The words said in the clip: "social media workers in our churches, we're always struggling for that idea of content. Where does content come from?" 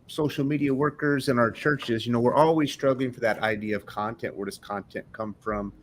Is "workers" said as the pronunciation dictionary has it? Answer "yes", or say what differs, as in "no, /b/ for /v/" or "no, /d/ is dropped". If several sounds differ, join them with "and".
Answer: yes